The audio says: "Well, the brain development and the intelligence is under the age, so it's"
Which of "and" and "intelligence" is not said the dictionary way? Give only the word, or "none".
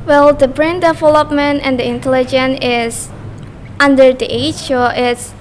intelligence